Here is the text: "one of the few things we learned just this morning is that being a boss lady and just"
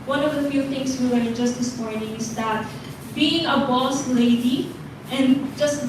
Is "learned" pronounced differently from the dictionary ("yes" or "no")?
yes